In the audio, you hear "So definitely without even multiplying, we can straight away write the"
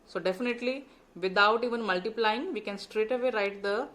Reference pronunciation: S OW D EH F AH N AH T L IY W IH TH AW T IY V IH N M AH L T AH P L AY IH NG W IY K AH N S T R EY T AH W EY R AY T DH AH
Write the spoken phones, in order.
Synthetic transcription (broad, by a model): S OW D EH F AH N AH T L IY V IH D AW T IY V IH N M AH L T AH P L AY IH NG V IY K AH N S T R EY T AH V EY R AY T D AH